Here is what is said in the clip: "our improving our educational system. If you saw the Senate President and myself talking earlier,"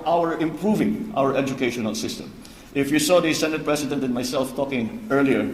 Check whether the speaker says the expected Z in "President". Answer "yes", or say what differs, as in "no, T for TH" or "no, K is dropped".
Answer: no, S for Z